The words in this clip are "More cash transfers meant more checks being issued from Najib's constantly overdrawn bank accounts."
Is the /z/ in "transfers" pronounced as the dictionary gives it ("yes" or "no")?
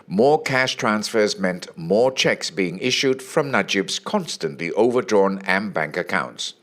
yes